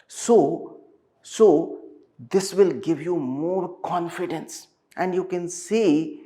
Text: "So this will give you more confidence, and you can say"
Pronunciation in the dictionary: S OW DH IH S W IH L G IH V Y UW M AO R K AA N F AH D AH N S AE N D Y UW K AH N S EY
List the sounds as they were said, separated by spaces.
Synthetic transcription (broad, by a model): S OW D IH S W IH L G IH V Y UW M AO R K AA N F AH D AH N S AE N D Y UW K AH N S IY